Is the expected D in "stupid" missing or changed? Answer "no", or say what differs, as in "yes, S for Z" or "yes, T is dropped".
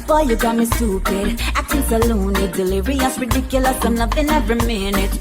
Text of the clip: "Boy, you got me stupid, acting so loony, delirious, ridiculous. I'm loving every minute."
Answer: yes, D is dropped